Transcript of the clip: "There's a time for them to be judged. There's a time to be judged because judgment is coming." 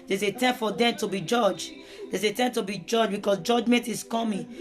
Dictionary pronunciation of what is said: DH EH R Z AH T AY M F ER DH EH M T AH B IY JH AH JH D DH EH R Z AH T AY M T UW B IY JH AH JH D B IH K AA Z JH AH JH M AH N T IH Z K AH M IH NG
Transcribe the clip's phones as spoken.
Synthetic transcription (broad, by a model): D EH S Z AH T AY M F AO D EH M T AH B IY JH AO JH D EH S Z AH T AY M T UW B IY JH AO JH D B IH K AA S JH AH JH M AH N T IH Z K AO M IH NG